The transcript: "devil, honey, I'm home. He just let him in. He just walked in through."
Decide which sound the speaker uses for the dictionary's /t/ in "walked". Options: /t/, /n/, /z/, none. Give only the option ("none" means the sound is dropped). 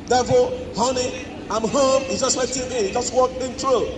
none